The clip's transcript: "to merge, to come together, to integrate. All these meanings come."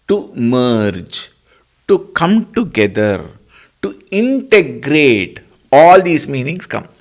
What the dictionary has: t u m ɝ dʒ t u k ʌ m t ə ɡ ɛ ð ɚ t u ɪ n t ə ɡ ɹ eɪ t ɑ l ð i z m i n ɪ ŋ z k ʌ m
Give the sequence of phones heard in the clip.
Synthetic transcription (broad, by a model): t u m ɝ dʒ t u k ʌ m t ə ɡ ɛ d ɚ t u ɪ n t ə ɡ ɹ eɪ t ɑ l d i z m i n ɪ ŋ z k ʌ m